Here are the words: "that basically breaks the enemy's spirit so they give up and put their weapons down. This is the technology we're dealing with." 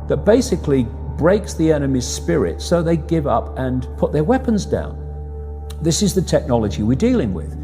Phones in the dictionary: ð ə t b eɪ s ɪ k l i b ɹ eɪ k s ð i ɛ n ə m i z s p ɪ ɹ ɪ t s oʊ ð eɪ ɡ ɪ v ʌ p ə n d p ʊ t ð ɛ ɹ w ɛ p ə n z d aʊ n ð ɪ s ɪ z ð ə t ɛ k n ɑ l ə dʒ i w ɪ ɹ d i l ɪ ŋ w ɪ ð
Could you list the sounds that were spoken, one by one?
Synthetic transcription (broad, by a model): ð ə t b eɪ s ɪ k l i b ɹ eɪ k s ð i ɛ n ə m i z s p ɪ ɹ ɪ t s oʊ ð eɪ ɡ ɪ v ʌ p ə n p ʊ t ð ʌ ɹ w ɛ p ə n z d aʊ n ð ɪ s ɪ z ð ə t ɛ k n ɑ l ə dʒ i w ɪ ɹ d i l ɪ ŋ w ɪ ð